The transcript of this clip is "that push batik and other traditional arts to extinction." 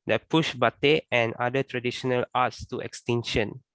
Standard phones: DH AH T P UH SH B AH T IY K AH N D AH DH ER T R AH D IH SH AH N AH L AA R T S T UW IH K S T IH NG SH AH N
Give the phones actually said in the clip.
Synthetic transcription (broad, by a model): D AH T P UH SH B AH T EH AH N D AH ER T R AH D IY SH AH N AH L AA T S T UW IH K S T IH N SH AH N